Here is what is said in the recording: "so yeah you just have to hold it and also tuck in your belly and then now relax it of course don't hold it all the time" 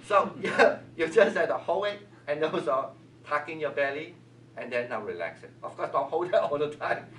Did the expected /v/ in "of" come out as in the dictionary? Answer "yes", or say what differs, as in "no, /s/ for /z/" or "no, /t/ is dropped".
no, /f/ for /v/